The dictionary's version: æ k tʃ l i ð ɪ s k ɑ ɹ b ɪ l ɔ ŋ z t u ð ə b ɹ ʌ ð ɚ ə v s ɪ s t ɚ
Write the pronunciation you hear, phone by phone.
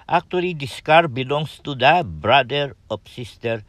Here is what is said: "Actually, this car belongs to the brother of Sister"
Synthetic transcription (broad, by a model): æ k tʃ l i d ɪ s k ɑ ɹ b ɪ l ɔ ŋ s t u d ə b ɹ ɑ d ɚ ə p s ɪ s t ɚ